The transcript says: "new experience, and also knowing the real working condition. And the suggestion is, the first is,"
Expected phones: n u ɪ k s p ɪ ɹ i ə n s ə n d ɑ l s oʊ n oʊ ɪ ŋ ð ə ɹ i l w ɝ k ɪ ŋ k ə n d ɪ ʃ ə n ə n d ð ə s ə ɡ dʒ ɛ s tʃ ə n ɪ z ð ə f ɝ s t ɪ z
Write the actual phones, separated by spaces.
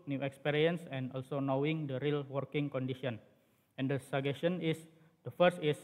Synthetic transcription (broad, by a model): n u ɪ k s p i ɹ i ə n s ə n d ɑ l s oʊ n oʊ ɪ ŋ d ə ɹ i l w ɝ k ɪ ŋ k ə n d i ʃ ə n ə n d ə s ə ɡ ɛ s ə n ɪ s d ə f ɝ s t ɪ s